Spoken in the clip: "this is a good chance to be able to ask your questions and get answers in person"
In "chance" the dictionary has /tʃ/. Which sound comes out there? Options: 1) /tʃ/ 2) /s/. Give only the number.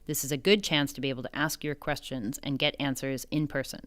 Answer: 1